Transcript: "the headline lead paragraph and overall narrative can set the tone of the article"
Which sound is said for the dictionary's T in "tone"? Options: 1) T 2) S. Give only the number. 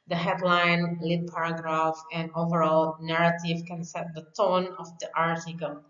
1